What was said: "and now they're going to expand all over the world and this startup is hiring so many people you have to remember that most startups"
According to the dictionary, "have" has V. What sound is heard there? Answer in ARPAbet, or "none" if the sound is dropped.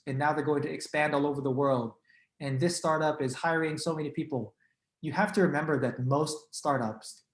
F